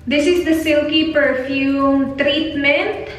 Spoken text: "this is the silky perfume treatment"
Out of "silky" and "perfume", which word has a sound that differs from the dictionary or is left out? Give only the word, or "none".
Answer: none